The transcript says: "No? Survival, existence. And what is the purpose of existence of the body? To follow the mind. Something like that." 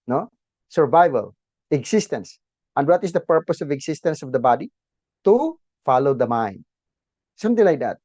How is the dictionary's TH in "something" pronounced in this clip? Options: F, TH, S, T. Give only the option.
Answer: T